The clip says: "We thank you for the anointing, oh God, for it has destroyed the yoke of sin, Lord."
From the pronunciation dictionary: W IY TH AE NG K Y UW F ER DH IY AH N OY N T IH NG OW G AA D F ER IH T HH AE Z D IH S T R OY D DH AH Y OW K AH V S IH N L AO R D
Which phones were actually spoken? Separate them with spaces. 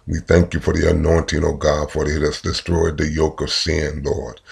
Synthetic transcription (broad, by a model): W IY TH AE NG K Y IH F ER DH IY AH N OY N T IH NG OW G AA D F ER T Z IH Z D IH S T R OY D DH AH Y OW K AH V S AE N L AO R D